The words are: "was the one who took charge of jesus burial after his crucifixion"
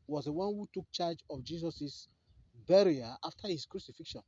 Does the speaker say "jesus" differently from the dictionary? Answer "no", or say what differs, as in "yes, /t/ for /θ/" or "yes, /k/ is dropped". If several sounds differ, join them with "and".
yes, /s/ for /z/